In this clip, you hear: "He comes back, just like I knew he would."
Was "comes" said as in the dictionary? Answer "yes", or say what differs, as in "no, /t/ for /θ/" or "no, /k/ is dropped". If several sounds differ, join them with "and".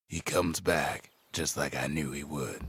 yes